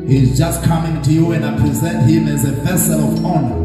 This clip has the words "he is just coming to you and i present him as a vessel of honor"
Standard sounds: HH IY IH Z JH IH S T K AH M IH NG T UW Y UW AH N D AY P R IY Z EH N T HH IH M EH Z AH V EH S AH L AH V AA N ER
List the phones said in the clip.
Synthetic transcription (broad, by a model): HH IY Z JH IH S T K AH M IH NG T UW Y UW AH N D AY P R IY Z EH N T HH IH M EH Z AH V EH S AH L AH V AA N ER